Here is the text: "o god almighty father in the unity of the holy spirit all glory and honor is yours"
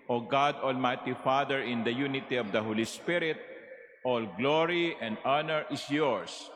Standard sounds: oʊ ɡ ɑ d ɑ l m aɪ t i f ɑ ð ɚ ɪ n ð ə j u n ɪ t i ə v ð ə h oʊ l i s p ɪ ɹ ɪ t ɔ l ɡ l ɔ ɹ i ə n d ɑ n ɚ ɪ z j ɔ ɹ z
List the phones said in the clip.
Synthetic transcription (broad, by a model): oʊ ɡ ɑ d ɑ l m aɪ t i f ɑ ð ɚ ɪ n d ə j u n ɪ t i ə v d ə h oʊ l i s p ɪ ɹ ɪ t ɔ l ɡ l ɔ ɹ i ə n d ɑ n ɚ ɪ s j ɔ ɹ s